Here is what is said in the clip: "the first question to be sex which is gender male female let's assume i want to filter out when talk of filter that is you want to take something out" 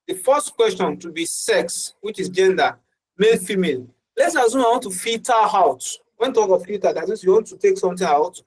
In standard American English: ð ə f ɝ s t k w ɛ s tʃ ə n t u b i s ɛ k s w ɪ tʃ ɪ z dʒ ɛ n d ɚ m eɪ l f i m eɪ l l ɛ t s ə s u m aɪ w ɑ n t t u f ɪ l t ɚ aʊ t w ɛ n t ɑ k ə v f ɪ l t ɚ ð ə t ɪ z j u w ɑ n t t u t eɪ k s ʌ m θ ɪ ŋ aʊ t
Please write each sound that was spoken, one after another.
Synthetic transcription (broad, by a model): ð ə f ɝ s t k w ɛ s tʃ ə n t u b i s ɛ k s w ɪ tʃ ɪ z dʒ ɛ n d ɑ m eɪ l f i m eɪ l l ɛ t s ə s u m aɪ w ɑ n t t u f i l t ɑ aʊ t w ɛ n t ɑ k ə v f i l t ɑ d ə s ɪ s j u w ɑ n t t u t eɪ k s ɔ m t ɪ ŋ aʊ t